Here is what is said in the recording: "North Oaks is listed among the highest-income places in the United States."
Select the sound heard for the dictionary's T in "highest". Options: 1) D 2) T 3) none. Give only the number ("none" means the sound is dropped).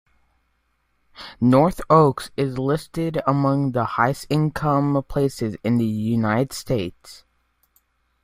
3